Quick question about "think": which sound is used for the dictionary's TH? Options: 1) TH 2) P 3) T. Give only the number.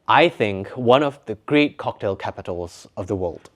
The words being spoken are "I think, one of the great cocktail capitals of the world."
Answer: 1